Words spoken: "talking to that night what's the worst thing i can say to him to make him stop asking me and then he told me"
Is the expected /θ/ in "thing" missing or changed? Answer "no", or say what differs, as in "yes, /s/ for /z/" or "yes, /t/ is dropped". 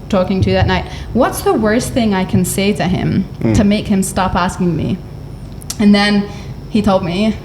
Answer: no